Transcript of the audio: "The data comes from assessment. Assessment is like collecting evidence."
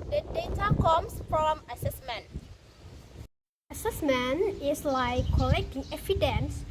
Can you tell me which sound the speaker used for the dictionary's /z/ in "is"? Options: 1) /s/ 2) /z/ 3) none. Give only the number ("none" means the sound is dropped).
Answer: 1